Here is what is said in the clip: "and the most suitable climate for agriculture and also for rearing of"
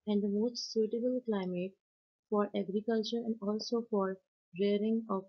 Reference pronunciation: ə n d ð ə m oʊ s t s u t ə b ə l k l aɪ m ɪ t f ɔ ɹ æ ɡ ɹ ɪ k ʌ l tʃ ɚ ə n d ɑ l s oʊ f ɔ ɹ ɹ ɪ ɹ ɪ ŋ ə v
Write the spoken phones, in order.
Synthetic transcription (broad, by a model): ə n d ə m oʊ s t s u t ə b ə l k l aɪ m ɪ t f ɔ ɹ æ ɡ ɹ ɪ k ʌ l tʃ ɚ ə n d ɑ l s oʊ f ɔ ɹ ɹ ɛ ɹ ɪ ŋ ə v